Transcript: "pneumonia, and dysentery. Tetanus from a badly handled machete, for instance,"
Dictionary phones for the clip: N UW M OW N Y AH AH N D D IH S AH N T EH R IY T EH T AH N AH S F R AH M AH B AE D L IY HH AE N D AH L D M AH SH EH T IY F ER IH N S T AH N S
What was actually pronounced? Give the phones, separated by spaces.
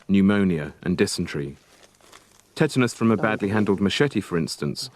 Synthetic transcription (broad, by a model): N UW M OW N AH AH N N D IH S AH N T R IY T EH T AH N AH S F R AH M AH B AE D L IY HH AE N D AH L D M AH SH EH T IY F ER IH N S T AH N S